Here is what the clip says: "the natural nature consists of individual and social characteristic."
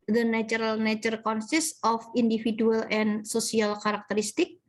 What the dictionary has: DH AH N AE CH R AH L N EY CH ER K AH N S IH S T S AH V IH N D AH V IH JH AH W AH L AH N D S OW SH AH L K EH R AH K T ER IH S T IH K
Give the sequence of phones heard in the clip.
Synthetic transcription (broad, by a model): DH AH N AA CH R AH L N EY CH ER K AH N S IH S S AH F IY N D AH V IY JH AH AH L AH N S OW S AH L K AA R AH K T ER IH S T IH K